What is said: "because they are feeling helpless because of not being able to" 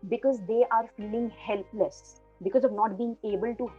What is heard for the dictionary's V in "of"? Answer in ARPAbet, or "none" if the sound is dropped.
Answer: V